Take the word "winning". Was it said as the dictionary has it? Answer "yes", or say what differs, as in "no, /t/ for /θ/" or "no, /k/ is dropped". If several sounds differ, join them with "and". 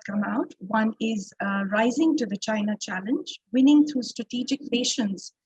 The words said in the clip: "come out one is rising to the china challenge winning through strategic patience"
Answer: yes